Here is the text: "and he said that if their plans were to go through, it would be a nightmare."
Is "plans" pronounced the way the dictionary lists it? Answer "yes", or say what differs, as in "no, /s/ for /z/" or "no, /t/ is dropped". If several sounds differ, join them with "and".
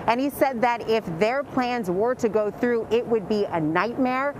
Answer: yes